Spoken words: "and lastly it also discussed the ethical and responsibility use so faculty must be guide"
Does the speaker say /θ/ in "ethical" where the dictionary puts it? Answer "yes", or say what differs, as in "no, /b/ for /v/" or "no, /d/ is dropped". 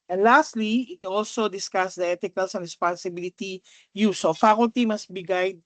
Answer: no, /t/ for /θ/